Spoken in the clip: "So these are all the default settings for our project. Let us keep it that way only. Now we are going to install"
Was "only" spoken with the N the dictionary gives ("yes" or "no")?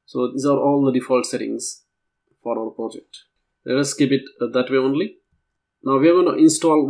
yes